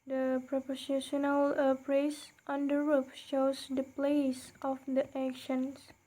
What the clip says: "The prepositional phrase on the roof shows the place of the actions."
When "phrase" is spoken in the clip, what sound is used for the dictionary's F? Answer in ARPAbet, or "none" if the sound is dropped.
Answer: P